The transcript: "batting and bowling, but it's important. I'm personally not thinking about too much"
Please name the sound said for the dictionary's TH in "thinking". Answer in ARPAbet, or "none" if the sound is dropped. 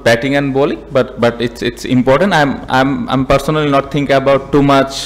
T